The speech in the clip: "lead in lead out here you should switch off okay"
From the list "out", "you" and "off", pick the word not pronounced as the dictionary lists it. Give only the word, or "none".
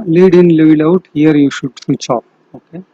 off